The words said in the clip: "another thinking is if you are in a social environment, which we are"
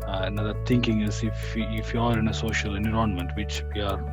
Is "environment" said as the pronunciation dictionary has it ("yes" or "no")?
no